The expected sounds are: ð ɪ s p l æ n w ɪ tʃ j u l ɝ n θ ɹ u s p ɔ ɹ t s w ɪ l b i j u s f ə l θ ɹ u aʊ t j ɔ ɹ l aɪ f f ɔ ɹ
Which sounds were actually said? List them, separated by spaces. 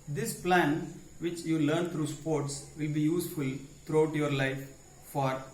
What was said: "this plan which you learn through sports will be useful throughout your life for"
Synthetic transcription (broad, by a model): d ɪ s p l æ n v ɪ tʃ j u l ɝ n t ɹ u s p ɔ ɹ t s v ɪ l b i j u s f ə l t ɹ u aʊ t j ɔ ɹ l aɪ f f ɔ ɹ